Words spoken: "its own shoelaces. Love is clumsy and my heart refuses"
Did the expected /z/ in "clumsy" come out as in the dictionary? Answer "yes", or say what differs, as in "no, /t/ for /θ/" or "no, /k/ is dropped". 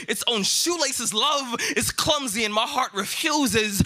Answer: yes